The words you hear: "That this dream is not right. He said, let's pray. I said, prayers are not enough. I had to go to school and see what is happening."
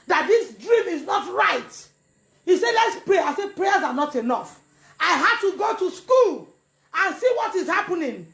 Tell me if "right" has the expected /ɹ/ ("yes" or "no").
yes